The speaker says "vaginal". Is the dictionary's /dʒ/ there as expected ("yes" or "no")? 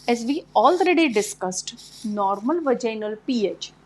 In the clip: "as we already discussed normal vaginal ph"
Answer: yes